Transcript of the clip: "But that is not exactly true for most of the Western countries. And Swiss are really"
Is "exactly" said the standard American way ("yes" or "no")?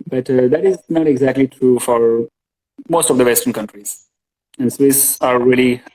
yes